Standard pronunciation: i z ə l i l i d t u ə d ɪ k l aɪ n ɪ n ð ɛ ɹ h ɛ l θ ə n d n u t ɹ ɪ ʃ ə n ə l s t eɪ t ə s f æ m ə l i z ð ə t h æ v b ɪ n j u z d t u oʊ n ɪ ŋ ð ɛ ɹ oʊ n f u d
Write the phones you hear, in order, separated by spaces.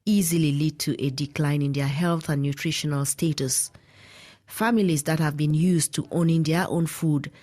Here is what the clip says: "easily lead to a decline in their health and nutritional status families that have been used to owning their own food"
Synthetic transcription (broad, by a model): i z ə l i l i d t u ə d ɪ k l aɪ n ɪ n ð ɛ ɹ h ɛ l θ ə n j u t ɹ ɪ ʃ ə n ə l s t eɪ t ə s f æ m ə l i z ð ə t h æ v b ɪ n j u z t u oʊ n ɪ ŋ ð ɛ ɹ oʊ n f u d